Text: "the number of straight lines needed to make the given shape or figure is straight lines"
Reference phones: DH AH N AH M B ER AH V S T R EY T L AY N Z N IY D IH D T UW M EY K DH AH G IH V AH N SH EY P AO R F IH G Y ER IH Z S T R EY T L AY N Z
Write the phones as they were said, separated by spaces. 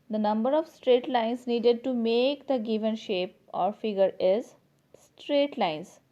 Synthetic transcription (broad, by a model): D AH N AH M B ER AH V S T R EY T L AY N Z N IY D IH D T UW M EY K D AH G IH V AH N SH EY P AO R F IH G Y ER IH Z S T R EY T L AY N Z